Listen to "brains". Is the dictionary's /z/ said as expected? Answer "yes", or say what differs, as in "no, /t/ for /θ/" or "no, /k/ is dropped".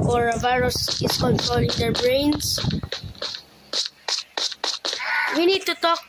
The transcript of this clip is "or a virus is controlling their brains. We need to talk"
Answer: no, /s/ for /z/